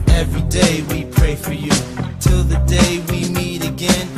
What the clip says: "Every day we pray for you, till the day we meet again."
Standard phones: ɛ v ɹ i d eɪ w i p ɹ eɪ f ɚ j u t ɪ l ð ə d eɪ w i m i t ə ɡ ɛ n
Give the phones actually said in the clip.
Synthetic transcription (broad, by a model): ɛ v ɹ i d eɪ w i p ɹ eɪ f ɚ j u t ɪ l ð ə d eɪ w i m i t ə ɡ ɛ n